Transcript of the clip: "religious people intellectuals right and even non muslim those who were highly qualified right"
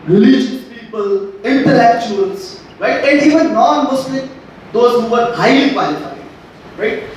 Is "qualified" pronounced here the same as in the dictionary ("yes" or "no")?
no